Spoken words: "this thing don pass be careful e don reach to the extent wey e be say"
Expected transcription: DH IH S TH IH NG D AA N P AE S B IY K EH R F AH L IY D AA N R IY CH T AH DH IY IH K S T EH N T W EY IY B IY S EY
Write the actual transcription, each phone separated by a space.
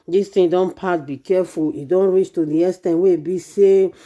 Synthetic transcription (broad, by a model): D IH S T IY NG D AA N P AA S B IY K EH F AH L IY D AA N R IY CH T AH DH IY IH S T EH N W EY IY B IY S EY